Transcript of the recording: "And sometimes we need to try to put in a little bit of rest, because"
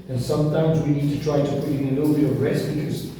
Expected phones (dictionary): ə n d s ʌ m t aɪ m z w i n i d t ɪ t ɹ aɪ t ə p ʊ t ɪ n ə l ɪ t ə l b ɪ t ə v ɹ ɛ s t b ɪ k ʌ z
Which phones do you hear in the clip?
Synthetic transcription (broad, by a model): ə n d s ʌ m t aɪ m z w i n i d t ɪ t ɹ aɪ t ə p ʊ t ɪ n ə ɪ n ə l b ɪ ə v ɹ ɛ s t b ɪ k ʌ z